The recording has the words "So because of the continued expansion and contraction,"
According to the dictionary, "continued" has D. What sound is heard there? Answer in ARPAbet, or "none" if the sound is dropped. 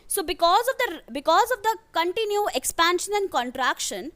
none